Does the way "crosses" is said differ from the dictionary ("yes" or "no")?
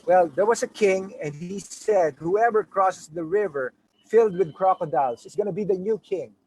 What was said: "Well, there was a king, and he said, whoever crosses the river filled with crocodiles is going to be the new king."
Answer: yes